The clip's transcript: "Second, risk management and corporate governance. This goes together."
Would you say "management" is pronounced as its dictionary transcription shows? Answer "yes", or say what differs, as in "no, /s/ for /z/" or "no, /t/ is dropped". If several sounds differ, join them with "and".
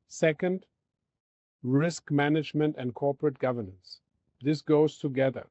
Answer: yes